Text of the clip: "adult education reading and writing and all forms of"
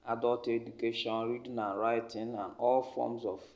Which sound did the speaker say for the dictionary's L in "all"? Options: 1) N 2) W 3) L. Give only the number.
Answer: 3